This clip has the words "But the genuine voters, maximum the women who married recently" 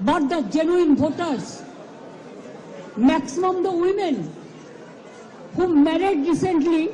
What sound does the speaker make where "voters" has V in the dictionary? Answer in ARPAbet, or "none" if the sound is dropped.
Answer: B